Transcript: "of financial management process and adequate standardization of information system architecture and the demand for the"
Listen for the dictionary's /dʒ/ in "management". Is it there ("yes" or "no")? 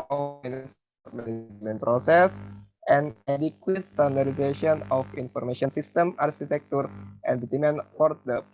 no